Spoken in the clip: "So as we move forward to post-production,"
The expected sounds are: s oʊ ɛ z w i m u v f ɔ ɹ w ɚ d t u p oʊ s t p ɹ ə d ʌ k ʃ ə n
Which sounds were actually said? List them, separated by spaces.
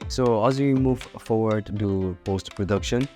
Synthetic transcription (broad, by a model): s oʊ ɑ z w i m u v f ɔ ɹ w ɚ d t u p oʊ s t p ɹ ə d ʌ k ʃ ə n